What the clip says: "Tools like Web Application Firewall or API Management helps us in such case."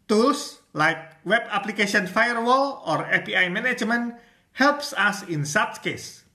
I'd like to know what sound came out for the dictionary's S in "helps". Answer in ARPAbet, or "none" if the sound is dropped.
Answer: S